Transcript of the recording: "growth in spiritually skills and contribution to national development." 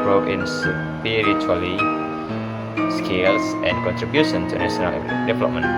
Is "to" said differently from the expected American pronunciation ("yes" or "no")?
yes